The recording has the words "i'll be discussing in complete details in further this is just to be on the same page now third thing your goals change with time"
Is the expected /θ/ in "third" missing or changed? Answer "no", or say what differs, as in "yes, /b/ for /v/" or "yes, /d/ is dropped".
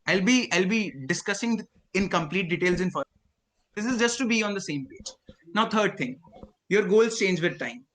yes, /t/ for /θ/